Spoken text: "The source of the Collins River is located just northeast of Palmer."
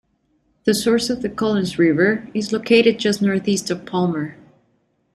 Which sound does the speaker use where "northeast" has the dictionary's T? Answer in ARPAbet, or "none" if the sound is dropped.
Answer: T